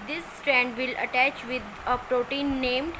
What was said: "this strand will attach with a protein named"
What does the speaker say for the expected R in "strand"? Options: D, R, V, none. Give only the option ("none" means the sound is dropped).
R